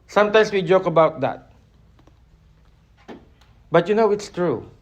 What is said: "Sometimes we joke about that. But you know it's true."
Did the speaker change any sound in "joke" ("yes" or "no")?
no